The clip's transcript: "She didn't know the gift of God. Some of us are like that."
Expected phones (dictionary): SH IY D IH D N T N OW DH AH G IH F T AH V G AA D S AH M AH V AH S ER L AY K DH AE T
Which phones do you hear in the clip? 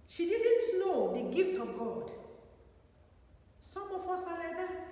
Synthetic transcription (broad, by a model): SH IY D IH D N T N OW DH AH G IH F T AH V G AA D S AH M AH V AH S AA L AY K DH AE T